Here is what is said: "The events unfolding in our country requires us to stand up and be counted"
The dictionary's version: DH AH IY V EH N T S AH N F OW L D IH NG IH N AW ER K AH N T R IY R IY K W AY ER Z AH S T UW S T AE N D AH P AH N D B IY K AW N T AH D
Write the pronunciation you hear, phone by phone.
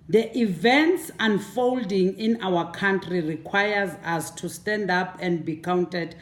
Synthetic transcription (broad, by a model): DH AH IY V EH N T S AH N F OW L D IH NG IH N AW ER K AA N T R IY R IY K W AY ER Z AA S T UW S T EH N D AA P AH N D B IY K AW N T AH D